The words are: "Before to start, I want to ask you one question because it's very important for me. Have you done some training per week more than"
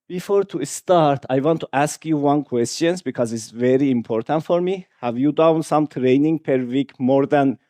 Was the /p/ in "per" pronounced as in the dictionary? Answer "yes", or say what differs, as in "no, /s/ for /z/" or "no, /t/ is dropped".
yes